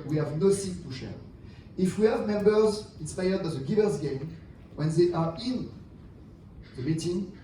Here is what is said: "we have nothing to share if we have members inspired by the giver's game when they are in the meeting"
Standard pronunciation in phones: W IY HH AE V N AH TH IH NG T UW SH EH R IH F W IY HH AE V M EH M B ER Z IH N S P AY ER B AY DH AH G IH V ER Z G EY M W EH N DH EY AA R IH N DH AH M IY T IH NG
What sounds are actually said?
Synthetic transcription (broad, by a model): W IY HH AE V N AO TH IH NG T UW SH EH R IH F W IY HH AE V M EH M B ER Z IH N S P AY ER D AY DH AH G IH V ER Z G EY M W EH N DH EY AA R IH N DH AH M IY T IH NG